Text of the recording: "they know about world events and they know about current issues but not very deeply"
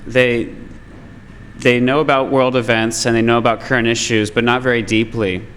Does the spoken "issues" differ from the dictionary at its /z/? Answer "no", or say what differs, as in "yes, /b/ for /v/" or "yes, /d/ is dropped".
no